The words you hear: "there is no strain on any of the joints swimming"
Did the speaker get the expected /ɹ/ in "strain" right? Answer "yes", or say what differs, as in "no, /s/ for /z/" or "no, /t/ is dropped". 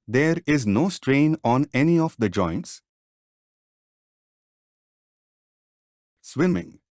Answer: yes